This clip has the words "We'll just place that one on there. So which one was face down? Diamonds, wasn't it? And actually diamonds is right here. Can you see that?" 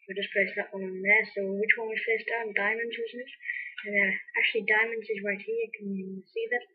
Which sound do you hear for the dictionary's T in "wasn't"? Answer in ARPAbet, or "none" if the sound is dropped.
none